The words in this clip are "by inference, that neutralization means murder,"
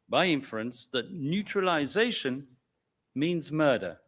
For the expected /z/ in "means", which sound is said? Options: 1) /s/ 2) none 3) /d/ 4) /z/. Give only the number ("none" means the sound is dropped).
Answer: 4